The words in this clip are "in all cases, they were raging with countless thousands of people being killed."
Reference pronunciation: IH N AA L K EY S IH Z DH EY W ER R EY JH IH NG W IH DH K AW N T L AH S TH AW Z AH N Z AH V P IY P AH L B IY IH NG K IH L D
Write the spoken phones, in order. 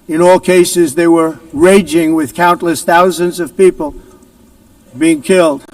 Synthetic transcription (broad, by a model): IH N AA L K EY S IH Z DH EY W ER R EY JH IH NG W IH DH K AW N T L AH S TH AW Z AH N Z AH V P IY P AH L B IY IH NG K IH L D